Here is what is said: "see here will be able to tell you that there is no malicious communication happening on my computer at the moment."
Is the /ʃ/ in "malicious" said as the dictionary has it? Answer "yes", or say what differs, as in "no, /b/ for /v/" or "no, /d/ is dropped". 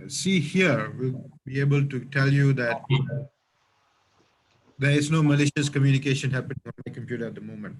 yes